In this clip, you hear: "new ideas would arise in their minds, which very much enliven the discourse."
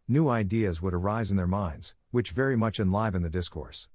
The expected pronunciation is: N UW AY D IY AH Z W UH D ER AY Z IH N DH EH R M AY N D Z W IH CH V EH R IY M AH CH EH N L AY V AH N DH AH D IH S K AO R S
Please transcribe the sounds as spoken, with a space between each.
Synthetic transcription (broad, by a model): N UW AY D IY AH Z W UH D ER AY Z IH N DH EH R M AY N D Z W IH CH V EH R IY M AH CH EH N L AY V AH N DH AH D IH S K AO R S